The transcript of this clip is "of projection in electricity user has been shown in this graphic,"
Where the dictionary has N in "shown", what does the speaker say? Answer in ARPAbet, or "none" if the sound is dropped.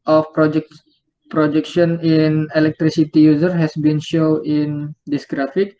none